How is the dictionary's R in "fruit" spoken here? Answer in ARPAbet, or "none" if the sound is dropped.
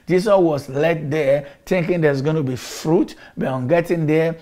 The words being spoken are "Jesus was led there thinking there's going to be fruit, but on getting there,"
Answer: R